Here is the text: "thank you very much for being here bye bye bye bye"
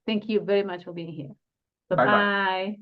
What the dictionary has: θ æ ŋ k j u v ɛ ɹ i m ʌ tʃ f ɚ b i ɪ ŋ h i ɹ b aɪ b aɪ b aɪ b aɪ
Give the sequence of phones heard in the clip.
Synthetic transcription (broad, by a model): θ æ ŋ k j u v ɛ ɹ i m ʌ tʃ f ɚ b i ɪ ŋ h i ɹ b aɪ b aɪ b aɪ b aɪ